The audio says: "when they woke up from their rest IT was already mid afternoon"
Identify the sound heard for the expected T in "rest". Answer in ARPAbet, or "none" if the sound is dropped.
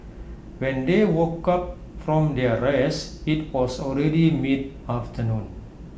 none